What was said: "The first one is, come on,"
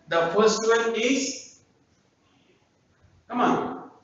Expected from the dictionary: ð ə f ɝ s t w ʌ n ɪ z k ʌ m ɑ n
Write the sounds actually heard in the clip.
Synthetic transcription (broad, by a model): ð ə p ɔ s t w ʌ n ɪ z k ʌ m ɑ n